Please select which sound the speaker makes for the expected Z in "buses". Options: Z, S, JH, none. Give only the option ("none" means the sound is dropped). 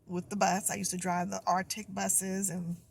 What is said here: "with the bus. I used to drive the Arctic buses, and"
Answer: Z